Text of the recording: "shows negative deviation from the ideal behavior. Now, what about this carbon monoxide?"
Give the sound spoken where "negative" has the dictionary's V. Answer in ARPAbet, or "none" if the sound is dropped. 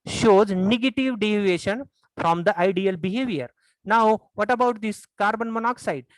V